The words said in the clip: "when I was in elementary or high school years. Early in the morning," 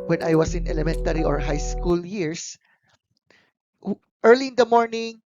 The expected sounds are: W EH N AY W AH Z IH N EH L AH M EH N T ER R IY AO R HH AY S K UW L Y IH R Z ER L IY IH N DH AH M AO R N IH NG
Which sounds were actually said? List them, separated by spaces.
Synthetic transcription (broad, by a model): W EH N AY W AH S IH N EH L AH M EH N T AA R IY AO R HH AY S K UW L Y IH R S ER L IY IH N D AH M AO R N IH NG